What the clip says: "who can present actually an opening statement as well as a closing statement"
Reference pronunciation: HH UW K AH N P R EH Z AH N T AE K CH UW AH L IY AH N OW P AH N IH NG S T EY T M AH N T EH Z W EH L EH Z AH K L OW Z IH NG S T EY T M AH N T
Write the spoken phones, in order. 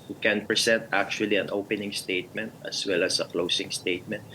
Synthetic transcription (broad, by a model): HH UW K AH N P R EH S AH N T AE K CH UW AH L IY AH N OW P AH N IH NG S T EY T M AH N T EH S W EH L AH S AH K L OW S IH NG S T EY T M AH N T